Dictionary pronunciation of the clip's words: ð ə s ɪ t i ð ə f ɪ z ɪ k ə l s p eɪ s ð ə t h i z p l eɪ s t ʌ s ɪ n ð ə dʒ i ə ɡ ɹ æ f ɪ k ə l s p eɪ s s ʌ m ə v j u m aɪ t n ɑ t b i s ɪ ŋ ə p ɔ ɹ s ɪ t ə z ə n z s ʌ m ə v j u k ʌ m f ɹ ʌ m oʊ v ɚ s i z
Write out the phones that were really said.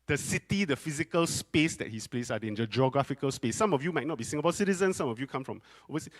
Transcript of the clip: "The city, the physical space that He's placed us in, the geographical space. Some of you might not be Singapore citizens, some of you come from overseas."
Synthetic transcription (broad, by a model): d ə s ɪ t i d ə f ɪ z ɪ k ə l s p eɪ s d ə t h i s p l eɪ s ɑ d ɪ n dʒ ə dʒ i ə ɡ ɹ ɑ f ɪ k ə l s p eɪ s s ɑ m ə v j u m aɪ t n ɑ t b i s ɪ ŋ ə b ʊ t s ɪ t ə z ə n s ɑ m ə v j u k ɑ m f ɹ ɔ m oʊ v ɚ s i